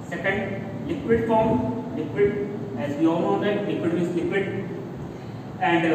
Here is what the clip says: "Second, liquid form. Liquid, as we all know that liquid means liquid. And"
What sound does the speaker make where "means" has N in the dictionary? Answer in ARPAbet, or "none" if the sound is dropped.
none